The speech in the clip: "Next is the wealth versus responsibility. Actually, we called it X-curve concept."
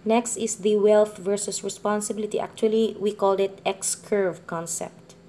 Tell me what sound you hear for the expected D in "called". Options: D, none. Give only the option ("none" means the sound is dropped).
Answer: D